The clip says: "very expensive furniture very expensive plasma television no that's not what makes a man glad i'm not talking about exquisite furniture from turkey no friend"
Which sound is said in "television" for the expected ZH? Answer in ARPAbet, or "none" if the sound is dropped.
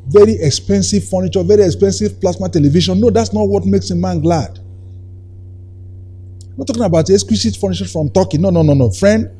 SH